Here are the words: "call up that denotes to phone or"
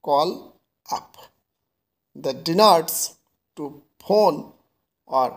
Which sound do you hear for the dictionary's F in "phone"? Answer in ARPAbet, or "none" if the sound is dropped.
P